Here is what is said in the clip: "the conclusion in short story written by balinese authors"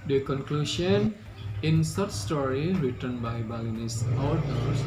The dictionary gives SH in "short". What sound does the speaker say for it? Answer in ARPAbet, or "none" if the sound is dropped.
S